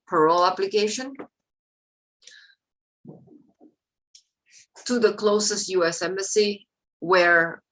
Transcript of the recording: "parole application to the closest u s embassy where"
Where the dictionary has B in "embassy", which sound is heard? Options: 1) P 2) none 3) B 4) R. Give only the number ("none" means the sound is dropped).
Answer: 2